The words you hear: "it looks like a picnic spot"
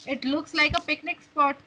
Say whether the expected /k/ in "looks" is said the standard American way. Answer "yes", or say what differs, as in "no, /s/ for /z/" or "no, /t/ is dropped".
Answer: yes